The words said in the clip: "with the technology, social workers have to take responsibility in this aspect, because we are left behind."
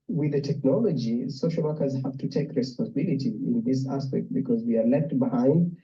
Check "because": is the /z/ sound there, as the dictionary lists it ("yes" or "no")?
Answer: yes